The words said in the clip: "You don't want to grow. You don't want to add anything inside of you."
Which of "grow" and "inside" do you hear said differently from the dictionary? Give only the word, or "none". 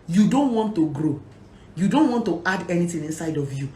none